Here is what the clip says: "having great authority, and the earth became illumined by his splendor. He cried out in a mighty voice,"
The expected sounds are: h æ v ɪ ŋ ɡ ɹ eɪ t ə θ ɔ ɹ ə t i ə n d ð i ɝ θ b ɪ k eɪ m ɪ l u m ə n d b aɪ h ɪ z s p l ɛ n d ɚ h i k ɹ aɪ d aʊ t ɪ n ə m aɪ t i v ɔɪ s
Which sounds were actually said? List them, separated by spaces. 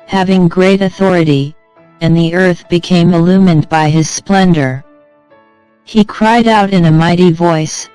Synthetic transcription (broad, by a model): h æ v ɪ ŋ ɡ ɹ eɪ t ə θ ɔ ɹ ə t i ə n ð i ɝ θ b ɪ k eɪ m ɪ l u m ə n b aɪ ɪ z s p l ɛ n d ɚ h i k ɹ aɪ d aʊ t ɪ n ə m aɪ t i v ɔɪ s